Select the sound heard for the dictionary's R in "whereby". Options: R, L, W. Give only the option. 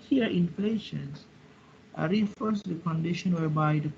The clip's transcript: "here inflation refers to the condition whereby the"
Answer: R